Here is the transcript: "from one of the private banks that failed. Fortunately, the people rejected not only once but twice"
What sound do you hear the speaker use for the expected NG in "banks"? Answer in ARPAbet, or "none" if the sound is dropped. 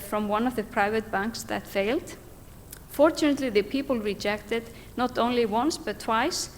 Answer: NG